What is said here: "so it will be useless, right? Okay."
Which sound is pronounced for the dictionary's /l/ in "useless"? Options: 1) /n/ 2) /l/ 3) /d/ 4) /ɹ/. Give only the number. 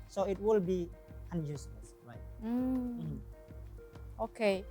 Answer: 1